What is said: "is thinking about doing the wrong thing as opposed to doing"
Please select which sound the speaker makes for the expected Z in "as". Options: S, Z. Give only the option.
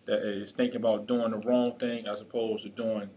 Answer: S